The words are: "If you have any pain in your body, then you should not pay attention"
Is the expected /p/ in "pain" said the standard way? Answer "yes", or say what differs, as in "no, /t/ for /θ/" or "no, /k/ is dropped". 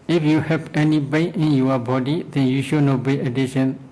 no, /b/ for /p/